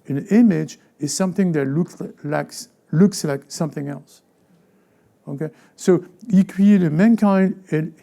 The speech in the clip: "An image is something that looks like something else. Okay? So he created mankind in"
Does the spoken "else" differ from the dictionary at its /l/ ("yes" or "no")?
no